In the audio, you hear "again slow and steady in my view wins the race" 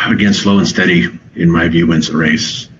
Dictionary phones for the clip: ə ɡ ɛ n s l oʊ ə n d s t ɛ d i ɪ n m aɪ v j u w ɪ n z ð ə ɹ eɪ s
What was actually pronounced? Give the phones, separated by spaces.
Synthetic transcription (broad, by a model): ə ɡ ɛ n s l oʊ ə n s t ɛ d i ɪ n m aɪ v j u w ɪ n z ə ɹ eɪ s